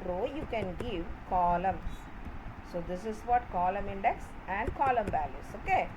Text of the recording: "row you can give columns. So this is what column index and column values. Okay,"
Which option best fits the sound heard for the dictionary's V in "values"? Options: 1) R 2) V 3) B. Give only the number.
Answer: 3